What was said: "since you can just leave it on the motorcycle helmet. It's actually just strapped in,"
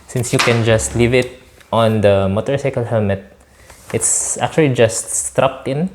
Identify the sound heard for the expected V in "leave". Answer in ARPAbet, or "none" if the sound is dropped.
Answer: V